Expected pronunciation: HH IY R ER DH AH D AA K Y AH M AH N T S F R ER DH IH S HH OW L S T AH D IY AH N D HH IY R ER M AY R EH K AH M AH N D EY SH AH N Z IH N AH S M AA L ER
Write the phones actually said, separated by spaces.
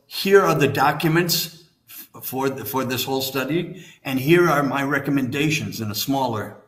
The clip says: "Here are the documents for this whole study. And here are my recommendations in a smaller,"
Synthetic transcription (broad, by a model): HH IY R ER DH AH D AA K Y AH M AH N T S F R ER DH IH S HH OW L S T AH D IY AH N HH IY R ER M AY R EH K AH M AH N D EY SH AH N Z IH N AH S M AA L ER